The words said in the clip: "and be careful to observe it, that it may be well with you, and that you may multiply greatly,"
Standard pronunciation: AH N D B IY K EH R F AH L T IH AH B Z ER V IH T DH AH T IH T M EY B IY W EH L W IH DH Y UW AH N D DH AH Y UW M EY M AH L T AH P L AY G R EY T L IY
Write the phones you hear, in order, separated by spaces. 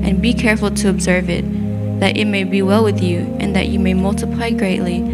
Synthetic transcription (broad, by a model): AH N B IY K EH R F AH L T IH AH B Z ER V IH T DH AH T IH T M EY B IY W EH L W IH DH Y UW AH N DH AH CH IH M EY M AH L T AH P L AY G R EY T L IY